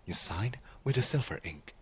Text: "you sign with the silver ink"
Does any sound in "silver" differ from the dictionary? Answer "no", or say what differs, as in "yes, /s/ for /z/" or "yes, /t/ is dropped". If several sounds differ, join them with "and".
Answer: yes, /f/ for /v/